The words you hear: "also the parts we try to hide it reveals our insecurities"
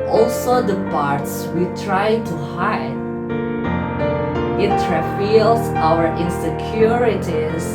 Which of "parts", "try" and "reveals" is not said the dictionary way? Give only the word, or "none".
reveals